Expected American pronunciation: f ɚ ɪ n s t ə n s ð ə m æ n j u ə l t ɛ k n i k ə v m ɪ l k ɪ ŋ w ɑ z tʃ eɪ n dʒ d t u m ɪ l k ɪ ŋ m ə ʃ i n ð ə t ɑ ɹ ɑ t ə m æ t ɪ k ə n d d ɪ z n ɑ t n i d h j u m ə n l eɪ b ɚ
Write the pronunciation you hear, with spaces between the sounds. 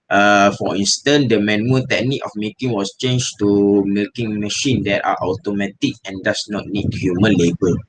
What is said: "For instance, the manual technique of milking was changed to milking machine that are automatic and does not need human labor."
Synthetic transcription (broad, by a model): f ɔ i n s t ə n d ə m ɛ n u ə t ɛ k n i k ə f m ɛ k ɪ ŋ w ɑ s tʃ eɪ n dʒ t u m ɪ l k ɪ ŋ m ə ʃ i n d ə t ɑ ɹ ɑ t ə m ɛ t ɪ k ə n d d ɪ s n ɑ t n i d h j u m ə n l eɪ b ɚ